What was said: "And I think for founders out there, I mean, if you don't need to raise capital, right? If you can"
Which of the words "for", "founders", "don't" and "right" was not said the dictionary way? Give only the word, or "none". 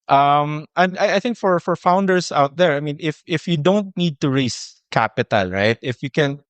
founders